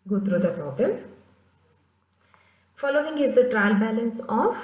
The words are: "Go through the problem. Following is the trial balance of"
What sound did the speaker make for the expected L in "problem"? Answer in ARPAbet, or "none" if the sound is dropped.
none